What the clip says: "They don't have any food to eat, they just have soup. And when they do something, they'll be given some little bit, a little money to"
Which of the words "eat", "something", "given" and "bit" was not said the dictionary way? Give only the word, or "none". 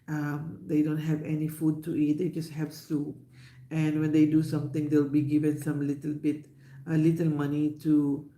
something